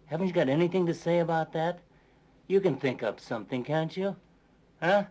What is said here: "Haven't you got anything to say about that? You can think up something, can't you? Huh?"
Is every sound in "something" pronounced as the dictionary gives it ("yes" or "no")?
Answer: yes